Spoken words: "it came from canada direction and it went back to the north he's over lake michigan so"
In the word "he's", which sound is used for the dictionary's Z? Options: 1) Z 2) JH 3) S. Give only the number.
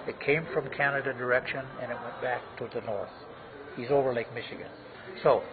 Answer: 1